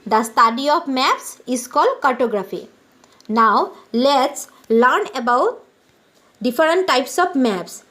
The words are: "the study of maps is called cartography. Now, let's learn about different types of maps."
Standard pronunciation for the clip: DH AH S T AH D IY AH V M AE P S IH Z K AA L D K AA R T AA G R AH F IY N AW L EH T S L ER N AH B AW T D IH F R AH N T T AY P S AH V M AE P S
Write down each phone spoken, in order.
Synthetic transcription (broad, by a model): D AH S T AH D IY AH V M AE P S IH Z K AA L D K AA R T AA G R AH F IY N AW L EH T S L ER N AH B AW T D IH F R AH N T T AY P S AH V M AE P S